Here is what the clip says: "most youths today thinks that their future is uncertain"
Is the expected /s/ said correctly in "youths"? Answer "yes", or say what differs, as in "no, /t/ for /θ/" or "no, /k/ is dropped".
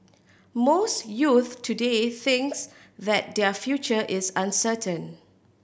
no, /s/ is dropped